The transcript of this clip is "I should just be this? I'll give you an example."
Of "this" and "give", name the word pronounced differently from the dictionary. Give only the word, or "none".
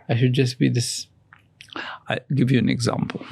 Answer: none